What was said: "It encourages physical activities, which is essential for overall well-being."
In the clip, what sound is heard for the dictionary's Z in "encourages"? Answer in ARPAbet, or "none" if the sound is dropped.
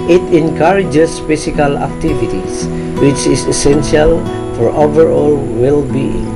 S